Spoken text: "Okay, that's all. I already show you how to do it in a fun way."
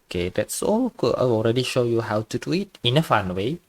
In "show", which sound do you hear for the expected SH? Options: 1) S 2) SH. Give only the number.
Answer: 2